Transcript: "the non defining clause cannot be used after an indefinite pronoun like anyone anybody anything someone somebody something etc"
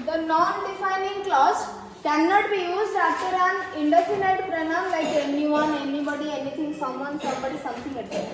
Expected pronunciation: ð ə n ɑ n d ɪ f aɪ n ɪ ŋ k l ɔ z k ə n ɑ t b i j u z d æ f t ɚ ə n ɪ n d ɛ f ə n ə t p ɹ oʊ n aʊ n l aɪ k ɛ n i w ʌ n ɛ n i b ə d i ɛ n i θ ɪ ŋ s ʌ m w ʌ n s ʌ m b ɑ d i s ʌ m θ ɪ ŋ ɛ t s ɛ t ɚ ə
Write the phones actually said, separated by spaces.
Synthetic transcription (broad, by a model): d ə n ɑ n d ɪ f aɪ n ɪ ŋ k l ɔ s k ə n ɑ t b i j u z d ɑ t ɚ ə n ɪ n d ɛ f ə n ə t p ɹ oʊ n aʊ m l aɪ k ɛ n i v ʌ n ɛ n i b ə d i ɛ n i t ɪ ŋ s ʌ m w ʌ n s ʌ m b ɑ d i s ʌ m t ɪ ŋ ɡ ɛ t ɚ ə